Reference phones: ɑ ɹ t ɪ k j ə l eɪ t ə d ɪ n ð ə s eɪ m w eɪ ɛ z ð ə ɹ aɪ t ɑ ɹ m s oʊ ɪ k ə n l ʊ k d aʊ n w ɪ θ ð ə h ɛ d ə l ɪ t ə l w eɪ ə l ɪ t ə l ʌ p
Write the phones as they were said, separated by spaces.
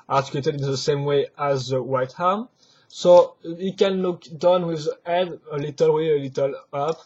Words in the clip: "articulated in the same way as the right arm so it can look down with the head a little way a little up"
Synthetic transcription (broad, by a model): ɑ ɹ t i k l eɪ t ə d ɪ n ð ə s eɪ m w eɪ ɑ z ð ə w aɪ t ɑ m s oʊ ɪ k ə n l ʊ k d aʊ n w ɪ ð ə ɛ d ə l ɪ t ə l w eɪ ə l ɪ t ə l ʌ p